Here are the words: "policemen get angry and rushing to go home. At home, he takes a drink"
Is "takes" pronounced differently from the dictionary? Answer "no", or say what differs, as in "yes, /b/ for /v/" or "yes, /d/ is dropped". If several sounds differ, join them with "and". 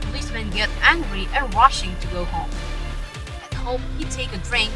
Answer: yes, /s/ is dropped